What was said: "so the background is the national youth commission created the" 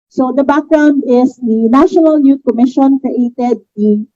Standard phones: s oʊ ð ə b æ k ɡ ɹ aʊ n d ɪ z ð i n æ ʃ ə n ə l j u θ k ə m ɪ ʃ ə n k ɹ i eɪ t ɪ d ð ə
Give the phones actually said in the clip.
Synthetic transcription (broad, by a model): s oʊ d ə b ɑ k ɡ ɹ aʊ n d ɪ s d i n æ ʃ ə n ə l j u t k ə m ɪ ʃ ə n k ɹ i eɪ t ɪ d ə